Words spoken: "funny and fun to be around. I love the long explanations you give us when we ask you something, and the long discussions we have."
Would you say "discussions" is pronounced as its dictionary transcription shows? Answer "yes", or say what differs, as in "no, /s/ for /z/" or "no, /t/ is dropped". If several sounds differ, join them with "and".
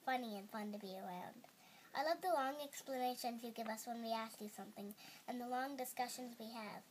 yes